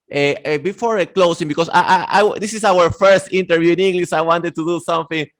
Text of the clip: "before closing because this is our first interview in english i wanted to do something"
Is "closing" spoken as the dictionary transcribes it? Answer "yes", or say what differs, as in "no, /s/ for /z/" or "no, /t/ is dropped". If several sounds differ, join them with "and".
no, /s/ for /z/